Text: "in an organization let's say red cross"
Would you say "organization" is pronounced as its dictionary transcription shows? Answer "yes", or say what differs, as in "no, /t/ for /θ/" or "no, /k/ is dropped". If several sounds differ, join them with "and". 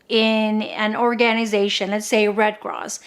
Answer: yes